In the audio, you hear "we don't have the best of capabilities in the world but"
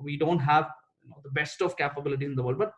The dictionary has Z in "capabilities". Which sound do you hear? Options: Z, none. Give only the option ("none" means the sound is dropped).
none